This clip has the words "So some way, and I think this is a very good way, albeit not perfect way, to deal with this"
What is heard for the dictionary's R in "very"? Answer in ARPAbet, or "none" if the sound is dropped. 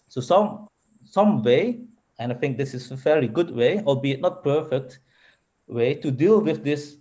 L